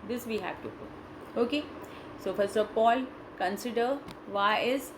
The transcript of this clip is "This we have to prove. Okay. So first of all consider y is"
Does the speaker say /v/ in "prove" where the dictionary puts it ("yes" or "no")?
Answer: no